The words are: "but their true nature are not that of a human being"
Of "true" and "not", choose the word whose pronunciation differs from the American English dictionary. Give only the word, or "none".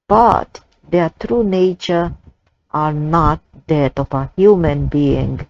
none